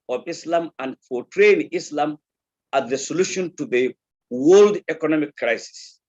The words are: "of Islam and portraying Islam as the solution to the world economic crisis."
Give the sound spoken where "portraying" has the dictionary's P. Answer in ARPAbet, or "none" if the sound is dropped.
F